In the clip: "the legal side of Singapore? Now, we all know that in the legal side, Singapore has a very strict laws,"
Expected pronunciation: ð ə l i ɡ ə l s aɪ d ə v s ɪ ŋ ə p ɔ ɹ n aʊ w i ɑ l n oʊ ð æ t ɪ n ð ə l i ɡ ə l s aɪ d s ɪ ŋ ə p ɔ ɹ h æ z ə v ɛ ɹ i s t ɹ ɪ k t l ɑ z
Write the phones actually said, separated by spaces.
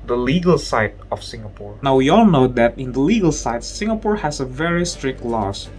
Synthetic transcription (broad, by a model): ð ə l i ɡ ə l s aɪ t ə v s ɪ ŋ ə p ɔ ɹ n aʊ w i ɑ l n oʊ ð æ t ɪ n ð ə l i ɡ ə l s aɪ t s ɪ ŋ ə p ɔ ɹ h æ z ə v ɛ ɹ i s t ɹ ɪ k t l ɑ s